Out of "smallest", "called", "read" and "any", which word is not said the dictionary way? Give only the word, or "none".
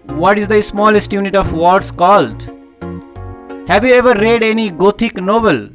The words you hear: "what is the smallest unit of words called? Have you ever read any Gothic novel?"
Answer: none